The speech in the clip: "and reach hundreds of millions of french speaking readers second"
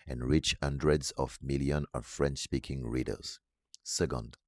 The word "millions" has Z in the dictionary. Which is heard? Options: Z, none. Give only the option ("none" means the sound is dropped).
none